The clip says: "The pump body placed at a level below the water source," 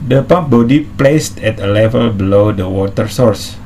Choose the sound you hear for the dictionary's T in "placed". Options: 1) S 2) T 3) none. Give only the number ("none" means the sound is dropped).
2